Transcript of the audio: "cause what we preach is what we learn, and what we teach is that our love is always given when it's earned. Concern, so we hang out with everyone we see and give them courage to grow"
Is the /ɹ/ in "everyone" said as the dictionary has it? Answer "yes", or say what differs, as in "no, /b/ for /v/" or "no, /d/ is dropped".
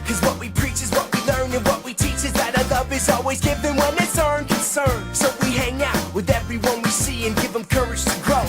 yes